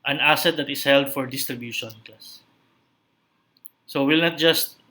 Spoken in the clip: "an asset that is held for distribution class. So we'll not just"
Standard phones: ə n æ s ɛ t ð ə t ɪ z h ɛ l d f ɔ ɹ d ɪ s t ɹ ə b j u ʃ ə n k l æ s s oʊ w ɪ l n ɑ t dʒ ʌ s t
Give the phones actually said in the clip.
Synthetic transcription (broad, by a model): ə n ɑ s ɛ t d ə t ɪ s h ɛ l d f ɔ ɹ d ɪ s t ɹ ə b j u ʃ ə n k ɑ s s oʊ w ɪ l n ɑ t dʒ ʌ s t